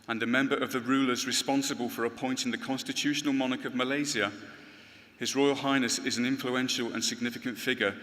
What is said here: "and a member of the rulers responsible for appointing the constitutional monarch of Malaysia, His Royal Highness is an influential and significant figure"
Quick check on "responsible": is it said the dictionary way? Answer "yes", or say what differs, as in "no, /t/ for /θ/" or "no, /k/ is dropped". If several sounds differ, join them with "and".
yes